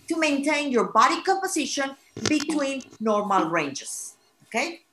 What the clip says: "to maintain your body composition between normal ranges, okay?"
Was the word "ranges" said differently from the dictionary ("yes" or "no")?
yes